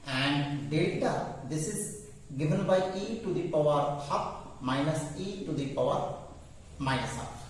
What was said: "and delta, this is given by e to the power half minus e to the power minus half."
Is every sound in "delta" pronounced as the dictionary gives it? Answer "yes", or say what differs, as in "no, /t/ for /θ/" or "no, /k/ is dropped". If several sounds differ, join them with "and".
no, /l/ is dropped